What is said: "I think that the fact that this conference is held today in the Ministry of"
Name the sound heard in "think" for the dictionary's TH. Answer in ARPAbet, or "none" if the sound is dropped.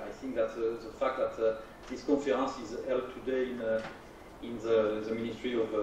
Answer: TH